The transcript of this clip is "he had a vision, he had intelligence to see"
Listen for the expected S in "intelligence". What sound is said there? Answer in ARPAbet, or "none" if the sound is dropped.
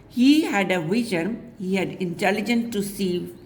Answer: none